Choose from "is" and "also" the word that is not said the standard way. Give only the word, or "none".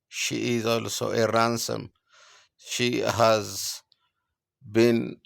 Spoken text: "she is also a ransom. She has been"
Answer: none